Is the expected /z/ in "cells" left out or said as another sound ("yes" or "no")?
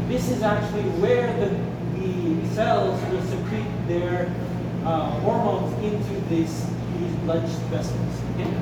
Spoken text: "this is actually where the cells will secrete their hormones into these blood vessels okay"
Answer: no